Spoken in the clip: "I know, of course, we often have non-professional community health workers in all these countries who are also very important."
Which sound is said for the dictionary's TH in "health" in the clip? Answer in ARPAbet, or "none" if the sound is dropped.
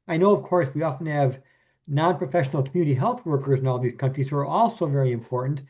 TH